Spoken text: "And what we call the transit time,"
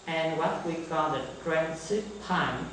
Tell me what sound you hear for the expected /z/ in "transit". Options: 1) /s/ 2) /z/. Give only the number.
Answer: 1